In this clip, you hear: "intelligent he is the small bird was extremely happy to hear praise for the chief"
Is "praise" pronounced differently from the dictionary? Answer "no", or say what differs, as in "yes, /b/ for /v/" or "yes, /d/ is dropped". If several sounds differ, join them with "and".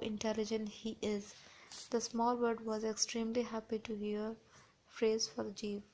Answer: yes, /f/ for /p/